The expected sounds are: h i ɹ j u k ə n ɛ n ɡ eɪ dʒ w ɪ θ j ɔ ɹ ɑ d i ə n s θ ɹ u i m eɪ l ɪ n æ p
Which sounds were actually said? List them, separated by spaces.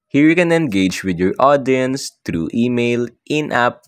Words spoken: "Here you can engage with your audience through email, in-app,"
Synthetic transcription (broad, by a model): h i ɹ j u k ə n ɛ n ɡ eɪ dʒ w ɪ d j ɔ ɹ ɑ d i ə n s t ɹ u i m eɪ l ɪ n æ p